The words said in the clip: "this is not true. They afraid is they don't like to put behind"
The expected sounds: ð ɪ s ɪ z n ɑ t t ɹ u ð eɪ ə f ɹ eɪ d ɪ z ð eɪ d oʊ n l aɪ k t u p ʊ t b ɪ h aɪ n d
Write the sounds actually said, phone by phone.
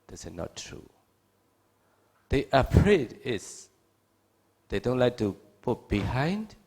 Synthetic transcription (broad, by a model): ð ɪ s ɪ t n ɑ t t ɹ u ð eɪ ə p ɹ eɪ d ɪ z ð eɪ d oʊ n l aɪ k t u p ʊ t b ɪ h aɪ n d